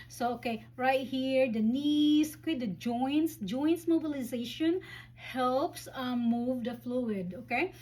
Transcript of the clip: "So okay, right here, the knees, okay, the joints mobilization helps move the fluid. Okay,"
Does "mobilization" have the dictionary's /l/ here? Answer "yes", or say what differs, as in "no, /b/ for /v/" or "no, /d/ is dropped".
yes